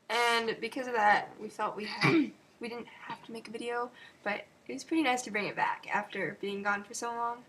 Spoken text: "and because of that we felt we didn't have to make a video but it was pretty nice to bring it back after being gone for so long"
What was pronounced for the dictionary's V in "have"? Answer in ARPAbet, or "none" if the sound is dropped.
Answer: F